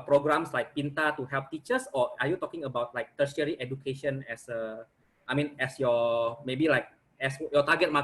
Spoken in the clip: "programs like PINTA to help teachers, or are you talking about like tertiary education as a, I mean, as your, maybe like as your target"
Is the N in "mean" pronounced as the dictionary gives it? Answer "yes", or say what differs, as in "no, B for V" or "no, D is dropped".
yes